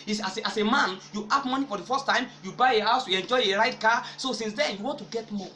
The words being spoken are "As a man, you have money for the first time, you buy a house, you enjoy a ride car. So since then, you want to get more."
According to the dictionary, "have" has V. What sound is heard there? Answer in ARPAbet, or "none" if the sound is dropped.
P